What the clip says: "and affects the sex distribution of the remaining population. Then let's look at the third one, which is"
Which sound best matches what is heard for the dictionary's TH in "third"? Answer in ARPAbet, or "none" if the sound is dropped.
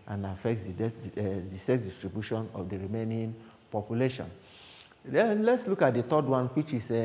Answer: T